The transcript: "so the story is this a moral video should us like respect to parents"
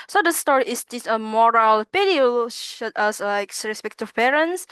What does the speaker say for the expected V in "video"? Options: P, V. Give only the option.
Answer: P